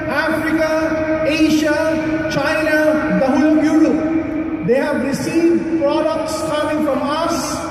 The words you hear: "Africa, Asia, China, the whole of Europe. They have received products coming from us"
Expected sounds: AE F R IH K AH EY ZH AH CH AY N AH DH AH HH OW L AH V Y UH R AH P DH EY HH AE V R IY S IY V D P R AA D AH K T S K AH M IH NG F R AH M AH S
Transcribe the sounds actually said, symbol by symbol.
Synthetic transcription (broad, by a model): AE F R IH K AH EY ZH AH CH AY N AH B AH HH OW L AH B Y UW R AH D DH EY HH AE V R IY S IY V D P R AA D AH K T S K AH M IH NG F R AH M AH S